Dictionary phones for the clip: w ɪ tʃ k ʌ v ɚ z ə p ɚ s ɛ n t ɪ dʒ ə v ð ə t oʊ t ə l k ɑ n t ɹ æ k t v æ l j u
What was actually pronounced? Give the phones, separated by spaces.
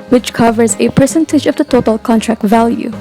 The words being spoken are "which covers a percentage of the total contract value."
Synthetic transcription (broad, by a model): w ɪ tʃ k ʌ v ɚ z ə p ɚ s ɛ n t ɪ dʒ ə v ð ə t oʊ t ə l k ɑ n t ɹ æ k t v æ l j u